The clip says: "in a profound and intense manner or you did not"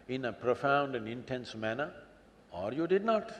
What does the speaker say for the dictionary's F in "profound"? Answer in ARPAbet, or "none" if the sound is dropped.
F